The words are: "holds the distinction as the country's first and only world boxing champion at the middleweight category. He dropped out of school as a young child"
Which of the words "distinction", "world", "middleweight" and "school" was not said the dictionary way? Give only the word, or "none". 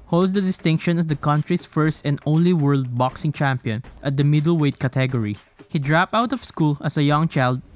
none